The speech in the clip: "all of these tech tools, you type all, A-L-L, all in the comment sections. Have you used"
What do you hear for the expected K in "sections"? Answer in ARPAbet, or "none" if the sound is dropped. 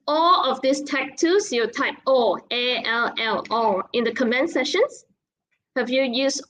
none